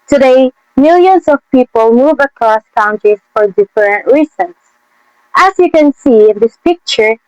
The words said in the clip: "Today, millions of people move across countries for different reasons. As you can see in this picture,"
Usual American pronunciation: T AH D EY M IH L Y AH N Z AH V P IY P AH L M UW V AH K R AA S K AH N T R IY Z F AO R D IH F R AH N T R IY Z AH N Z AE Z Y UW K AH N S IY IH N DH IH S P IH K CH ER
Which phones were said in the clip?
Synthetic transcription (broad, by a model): T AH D EY M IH L Y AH N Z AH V P IY P AH L M UW V AH K R AA S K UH N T IY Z F AO R D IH F R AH N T R IY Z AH N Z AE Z Y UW K AH N S IY IH N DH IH S P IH K CH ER